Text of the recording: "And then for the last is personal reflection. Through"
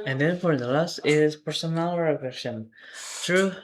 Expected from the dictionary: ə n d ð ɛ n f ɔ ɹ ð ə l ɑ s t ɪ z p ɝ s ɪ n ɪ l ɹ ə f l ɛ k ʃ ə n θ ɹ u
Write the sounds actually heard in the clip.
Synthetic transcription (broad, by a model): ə n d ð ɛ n f ɔ ɹ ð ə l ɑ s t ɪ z p ɝ s ɪ n ɪ l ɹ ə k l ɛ ʃ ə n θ ɹ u